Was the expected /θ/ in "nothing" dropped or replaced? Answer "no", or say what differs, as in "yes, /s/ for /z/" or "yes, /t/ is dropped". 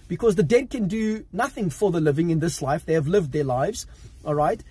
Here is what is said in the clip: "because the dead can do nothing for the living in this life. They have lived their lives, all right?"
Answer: no